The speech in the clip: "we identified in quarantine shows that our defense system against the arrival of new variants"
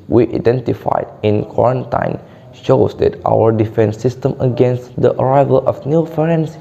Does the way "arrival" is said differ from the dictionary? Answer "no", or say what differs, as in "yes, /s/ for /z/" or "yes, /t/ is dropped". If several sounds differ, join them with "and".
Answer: no